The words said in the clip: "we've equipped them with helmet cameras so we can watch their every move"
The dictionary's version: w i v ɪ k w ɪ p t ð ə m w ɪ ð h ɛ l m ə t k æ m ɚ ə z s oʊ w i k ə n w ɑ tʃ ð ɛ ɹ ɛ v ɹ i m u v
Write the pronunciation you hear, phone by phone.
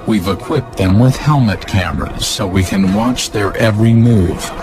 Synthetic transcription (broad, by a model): w i v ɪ k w ɪ p ð ə m w ɪ ð h ɛ l m ə t k æ m ɚ ə z s oʊ w i k ə n w ɑ tʃ ð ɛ ɹ ɛ v ɹ i m u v